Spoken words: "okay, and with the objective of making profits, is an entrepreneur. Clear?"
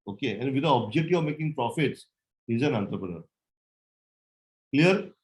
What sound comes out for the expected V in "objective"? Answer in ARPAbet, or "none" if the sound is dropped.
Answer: none